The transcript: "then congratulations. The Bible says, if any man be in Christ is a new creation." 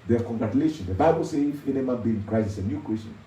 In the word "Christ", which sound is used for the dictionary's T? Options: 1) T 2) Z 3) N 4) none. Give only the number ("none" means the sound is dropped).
4